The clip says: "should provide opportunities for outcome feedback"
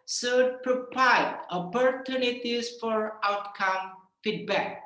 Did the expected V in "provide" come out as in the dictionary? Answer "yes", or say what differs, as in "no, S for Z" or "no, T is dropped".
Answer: no, P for V